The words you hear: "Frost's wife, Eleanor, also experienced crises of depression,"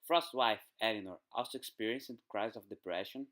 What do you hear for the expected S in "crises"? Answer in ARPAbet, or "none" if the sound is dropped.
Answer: none